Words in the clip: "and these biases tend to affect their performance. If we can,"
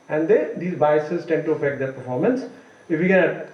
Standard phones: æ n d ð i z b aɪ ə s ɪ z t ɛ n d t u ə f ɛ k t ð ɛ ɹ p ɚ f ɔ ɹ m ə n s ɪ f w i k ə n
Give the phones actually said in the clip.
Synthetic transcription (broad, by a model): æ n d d i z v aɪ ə s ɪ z t ɛ n d t u ə f ɛ k t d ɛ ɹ p ɚ f ɔ ɹ m ə n s ɪ f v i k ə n